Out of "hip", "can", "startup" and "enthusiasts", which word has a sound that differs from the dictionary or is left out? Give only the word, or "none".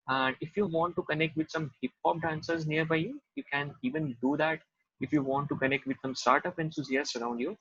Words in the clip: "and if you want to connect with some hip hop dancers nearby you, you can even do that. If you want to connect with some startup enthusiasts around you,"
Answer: enthusiasts